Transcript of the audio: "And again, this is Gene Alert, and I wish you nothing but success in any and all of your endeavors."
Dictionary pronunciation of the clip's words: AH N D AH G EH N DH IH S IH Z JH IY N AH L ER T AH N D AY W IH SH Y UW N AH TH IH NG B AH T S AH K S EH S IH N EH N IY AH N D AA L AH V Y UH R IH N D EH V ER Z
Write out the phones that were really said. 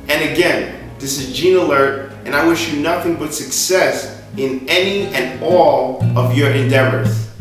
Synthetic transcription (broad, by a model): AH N AH G EH N DH IH S IH Z JH IY N AH L ER T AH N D AY W IH SH Y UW N AH TH IH NG B AH T S AH K S EH S IH N EH N IY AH N AA L AH V Y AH R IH N D EH V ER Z